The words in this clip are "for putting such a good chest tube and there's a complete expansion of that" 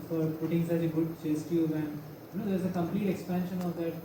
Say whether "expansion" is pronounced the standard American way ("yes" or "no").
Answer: yes